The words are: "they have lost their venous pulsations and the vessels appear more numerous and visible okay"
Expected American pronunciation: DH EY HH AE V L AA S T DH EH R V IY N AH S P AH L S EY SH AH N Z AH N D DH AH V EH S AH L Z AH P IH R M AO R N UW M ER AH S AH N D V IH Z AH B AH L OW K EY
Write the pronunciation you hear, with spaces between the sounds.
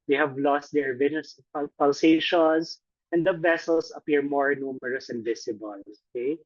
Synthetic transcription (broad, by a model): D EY HH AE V L AA S T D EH R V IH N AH S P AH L S EY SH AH N S AH N D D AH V EH S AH L S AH P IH R M AO R N UW M ER AH S AH N D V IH S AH B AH L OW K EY